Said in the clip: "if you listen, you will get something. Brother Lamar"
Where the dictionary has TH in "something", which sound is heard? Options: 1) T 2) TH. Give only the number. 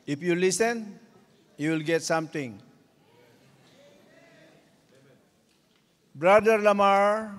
1